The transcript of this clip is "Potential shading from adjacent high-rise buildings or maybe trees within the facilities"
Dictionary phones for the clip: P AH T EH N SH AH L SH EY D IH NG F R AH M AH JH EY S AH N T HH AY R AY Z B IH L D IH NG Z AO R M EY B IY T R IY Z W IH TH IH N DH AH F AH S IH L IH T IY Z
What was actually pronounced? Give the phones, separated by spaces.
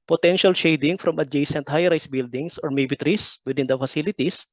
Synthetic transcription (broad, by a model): P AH T EH N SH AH L SH EY D IH NG F R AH M AH JH EY S AH N T HH AY R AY S B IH L D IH NG S AO R M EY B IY T R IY S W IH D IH N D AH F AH S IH L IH T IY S